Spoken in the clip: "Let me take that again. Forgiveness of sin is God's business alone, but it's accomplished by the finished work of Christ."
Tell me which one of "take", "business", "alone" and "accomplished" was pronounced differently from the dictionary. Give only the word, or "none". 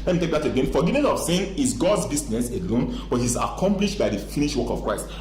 business